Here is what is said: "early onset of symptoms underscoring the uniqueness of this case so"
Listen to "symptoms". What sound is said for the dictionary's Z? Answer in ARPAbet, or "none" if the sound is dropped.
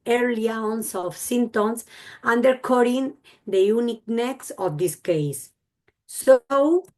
S